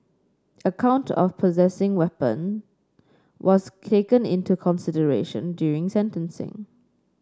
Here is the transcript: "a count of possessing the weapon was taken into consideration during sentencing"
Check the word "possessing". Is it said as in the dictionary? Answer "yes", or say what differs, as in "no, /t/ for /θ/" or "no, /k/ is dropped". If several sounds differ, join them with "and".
yes